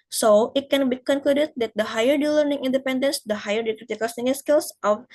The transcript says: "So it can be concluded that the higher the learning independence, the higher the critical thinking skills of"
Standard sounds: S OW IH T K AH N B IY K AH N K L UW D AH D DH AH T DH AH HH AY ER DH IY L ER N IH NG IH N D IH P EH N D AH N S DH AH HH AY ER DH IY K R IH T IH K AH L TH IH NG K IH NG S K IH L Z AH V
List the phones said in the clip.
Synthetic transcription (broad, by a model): S OW IH T K AH N B IY K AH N K L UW D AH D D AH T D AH HH AY ER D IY L ER N IH NG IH N D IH P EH N D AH N S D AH HH AY ER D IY K R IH T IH K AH L S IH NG IH S K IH L S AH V